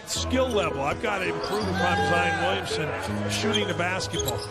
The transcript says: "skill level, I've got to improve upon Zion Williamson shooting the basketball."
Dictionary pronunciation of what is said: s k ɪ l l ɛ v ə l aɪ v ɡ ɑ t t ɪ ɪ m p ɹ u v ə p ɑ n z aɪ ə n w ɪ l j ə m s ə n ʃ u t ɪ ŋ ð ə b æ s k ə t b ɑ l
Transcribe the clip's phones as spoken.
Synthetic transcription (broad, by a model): s k ɪ l l ɛ v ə l aɪ v ɡ ɑ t t ɪ ɪ m p ɹ u v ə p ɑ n z aɪ ə n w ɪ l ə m s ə n ʃ u t ɪ ŋ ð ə b æ s k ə t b ɑ l